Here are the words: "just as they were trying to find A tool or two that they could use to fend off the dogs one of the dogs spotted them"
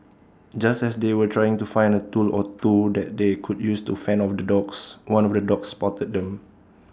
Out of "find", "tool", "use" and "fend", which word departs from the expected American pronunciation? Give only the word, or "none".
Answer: fend